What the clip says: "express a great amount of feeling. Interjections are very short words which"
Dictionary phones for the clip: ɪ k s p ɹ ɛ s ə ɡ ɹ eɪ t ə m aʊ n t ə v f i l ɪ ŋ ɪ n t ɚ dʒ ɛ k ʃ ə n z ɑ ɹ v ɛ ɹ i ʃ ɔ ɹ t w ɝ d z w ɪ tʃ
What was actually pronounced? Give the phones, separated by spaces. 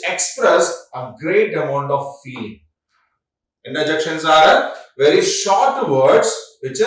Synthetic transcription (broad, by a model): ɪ k s p ɹ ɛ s ə ɡ ɹ eɪ t ə m aʊ n t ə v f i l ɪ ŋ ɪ n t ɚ dʒ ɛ k ʃ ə n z ɑ ɹ v ɛ ɹ i ʃ ɔ ɹ t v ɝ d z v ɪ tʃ